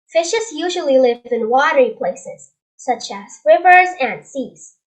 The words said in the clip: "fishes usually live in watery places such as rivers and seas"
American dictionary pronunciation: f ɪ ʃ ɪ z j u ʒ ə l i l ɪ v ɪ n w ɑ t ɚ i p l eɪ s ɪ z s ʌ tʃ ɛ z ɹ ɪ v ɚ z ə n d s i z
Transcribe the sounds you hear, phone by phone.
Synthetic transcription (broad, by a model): f ɪ ʃ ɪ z j u ʒ ə l i l ɪ v ɪ n w ɑ t ɚ i p l eɪ s ɪ z s ʌ tʃ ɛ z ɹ ɪ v ɚ z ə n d s i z